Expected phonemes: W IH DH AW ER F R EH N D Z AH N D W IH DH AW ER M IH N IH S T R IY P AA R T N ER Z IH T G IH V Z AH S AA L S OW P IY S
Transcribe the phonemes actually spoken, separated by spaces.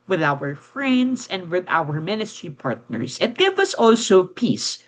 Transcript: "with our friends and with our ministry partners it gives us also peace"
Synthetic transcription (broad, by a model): W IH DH AW ER F R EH N D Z AH N D W IH DH AW ER M IH N IH S T R IY P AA R T N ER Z IH T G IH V AH S AA L S OW P IY S